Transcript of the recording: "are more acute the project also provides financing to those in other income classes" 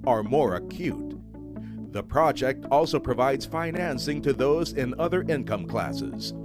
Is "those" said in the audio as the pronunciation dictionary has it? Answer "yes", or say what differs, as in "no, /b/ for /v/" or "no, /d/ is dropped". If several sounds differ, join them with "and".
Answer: yes